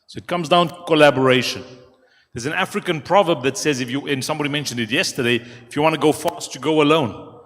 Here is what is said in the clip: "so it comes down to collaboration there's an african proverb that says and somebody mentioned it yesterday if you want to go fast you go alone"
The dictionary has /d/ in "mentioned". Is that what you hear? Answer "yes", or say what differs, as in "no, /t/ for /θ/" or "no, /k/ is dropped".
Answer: yes